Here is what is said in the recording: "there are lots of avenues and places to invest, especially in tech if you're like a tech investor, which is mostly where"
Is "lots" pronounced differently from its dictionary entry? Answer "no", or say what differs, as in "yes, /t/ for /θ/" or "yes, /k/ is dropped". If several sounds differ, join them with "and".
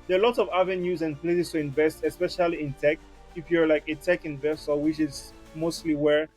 yes, /s/ is dropped